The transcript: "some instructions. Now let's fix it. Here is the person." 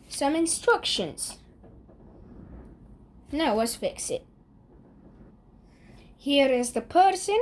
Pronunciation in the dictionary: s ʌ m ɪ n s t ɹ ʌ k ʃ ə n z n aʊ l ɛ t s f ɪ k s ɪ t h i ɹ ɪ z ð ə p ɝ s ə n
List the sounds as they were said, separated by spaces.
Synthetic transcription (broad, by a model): s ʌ m ɪ n s t ɹ ʌ k ʃ ə n z n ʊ w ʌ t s f ɪ k s ɪ t h i ɹ ɪ z ð ə p ɝ s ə n